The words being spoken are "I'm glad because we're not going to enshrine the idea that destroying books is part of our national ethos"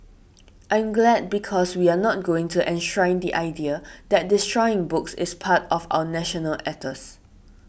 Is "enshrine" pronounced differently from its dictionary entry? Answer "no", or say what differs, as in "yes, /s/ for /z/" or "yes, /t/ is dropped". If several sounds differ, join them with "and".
no